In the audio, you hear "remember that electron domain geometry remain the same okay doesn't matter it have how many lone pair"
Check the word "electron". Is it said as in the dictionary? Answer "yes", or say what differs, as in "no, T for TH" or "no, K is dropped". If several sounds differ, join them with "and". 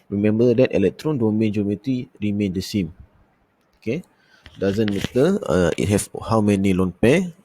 yes